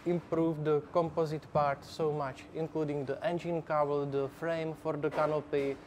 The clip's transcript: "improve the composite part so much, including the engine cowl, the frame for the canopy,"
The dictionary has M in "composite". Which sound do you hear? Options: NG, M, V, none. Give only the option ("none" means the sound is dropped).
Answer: M